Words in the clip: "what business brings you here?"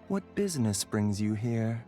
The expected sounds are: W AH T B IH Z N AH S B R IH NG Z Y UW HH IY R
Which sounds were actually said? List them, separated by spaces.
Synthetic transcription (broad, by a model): W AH T B IH Z N AH S B R IH NG Z Y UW HH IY R